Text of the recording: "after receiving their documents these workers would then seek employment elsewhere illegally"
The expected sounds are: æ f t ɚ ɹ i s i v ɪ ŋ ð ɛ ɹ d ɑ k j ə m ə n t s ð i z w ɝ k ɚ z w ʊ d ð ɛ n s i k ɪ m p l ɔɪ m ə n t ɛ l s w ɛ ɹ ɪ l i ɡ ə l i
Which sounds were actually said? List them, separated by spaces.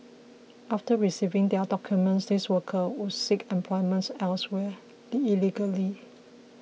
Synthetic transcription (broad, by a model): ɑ f t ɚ ɹ i s i v ɪ ŋ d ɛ d ɑ k j ə m ə n t s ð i s w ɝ k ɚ w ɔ s i k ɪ m p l ɔɪ m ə n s ɛ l s w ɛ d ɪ l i ɡ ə l i